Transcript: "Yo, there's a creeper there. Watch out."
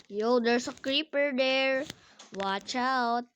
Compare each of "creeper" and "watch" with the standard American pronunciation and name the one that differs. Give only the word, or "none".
none